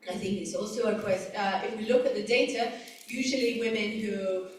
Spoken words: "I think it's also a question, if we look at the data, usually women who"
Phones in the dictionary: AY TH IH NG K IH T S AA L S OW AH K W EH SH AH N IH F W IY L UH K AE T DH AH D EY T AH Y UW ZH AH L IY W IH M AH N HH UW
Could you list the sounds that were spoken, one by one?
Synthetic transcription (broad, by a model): AY TH IH NG K IH T S AA L S OW AH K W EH S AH IH F W IY L UH K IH T DH AH D EY T AH Y UW ZH AH L IY W IH M AH N HH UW